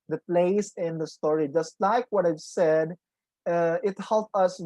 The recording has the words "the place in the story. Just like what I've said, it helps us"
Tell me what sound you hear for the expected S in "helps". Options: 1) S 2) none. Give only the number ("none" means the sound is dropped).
2